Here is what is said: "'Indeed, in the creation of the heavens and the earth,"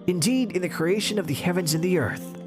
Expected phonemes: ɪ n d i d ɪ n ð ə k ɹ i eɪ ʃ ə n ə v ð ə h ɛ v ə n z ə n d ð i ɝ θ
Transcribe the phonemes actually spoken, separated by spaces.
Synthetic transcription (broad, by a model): ɪ n d i d ɪ n ð ə k ɹ i eɪ ʃ ə n ə v ð ə h ɛ v ə n z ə n ð i ɝ θ